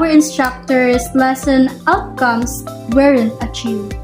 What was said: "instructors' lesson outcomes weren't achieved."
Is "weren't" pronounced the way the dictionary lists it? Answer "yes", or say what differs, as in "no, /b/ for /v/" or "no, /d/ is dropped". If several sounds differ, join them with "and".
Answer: no, /t/ is dropped